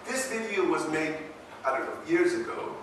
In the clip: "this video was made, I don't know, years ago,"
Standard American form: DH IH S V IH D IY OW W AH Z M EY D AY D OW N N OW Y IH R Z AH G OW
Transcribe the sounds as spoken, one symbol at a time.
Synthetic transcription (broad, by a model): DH IH S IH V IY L W AH Z M EY D AY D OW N N OW Y IH R Z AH G OW